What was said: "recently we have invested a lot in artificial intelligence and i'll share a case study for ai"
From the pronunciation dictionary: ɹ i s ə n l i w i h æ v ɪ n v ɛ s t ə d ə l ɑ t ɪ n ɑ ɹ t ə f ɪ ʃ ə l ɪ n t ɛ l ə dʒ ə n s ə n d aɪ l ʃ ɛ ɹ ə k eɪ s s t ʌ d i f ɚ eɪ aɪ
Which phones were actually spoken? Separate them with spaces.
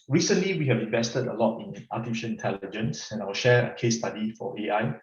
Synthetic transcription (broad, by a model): ɹ i s ə n l i w i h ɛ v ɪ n v ɛ s t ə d ə l ɑ t ɪ n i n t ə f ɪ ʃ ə n ɪ n t ɛ l ə dʒ ə n s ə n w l ʃ ɛ ɹ ə k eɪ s s t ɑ d i f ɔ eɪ aɪ